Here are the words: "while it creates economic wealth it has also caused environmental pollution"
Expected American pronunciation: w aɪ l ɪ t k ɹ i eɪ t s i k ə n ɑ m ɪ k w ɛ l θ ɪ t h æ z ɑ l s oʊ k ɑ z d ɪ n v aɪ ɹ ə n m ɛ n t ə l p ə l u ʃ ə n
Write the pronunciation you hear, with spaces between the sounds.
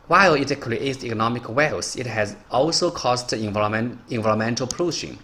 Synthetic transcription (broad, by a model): w aɪ l ɪ t k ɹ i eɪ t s i k ə n ɑ m ɪ k w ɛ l s ɪ t h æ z ɑ l s oʊ k ɑ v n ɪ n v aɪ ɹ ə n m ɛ n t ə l p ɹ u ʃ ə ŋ